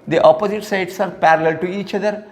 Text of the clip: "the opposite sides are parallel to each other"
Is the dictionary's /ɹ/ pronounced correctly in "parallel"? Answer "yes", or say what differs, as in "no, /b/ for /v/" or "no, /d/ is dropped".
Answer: yes